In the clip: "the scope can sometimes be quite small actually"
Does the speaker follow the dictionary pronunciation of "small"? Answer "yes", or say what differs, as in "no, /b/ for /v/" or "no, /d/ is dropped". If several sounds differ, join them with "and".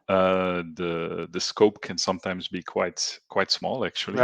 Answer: yes